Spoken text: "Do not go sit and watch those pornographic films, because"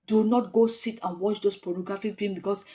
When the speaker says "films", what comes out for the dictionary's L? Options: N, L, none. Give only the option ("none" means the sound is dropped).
none